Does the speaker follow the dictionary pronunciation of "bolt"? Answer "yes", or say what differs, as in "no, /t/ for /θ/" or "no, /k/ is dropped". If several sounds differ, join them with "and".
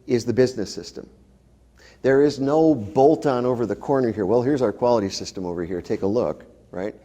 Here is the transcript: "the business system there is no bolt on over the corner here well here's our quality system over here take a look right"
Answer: yes